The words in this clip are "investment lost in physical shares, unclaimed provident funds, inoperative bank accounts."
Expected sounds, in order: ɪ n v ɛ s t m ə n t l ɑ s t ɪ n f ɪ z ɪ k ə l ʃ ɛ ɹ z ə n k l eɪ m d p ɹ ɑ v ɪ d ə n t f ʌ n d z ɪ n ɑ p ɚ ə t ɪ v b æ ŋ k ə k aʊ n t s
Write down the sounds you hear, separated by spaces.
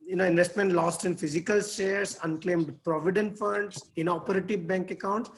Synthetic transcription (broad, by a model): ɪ n v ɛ s t m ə n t l ɑ s t ɪ n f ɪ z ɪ k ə l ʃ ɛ ɹ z ə n k l eɪ m d p ɹ ɑ v ɪ d ə n t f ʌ n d s ɪ n ɑ p ɚ ə t ɪ v b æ ŋ k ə k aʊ n t s